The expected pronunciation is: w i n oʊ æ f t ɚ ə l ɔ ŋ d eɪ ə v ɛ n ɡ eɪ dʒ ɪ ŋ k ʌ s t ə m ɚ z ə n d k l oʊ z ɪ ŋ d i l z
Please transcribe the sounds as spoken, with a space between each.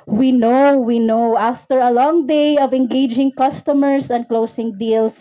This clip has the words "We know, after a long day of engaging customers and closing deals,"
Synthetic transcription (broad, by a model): w i n oʊ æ f t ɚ ə l ɔ ŋ d eɪ ə v ɛ n ɡ eɪ dʒ ɪ ŋ k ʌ s t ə m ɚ s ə n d k l oʊ s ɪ ŋ d i l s